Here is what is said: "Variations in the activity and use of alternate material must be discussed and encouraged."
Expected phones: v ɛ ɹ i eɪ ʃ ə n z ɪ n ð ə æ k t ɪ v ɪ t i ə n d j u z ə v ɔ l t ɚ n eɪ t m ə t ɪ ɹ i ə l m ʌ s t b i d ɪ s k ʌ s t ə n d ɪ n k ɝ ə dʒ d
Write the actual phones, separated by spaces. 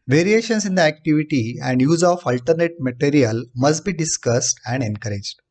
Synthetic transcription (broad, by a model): v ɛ ɹ i eɪ ʃ ə n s ɪ n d ə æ k t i v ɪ t i ə n d j u z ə f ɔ l t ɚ n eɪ t m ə t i ɹ i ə l m ʌ s t b i d ɪ s k ʌ s t ə n d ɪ n k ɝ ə dʒ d